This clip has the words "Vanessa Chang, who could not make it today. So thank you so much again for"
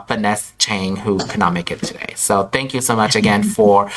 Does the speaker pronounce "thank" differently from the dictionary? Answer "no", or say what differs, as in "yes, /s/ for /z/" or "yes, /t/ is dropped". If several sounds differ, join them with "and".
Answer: no